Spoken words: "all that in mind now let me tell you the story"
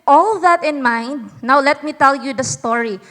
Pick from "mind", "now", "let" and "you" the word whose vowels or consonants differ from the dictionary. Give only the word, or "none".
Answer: none